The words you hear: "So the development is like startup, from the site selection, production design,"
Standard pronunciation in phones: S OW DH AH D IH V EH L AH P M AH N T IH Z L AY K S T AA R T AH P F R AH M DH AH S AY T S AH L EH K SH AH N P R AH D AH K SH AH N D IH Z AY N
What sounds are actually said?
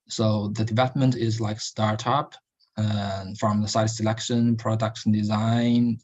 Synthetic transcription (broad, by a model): S OW DH AH D IH V EH L AH P M AH N T IH Z L AY K S T AA R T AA P F R AH M DH AH S AY T S AH L EH K SH AH N P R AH D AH K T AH N D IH Z AY N